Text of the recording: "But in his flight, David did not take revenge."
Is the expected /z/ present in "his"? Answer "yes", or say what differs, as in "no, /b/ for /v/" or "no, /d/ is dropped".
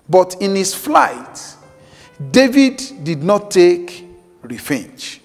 no, /s/ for /z/